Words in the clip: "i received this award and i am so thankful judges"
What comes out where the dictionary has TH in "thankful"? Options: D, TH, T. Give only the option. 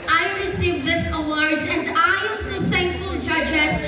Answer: TH